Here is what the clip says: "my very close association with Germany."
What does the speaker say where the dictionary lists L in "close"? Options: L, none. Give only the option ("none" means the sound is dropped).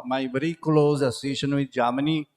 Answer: L